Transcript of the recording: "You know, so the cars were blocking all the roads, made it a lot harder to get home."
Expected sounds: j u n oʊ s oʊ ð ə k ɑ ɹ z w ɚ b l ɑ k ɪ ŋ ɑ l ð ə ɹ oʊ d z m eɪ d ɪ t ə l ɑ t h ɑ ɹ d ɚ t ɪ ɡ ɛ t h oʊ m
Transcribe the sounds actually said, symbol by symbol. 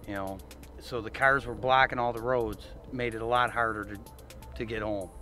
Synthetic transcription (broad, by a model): j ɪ n oʊ s oʊ ð ə k ɑ ɹ z w ɚ b l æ k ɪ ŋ ɑ l ð ə ɹ oʊ d z m eɪ d ɪ t ə l ɑ t h ɑ ɹ d ɚ t ɪ ɡ ɛ t h oʊ m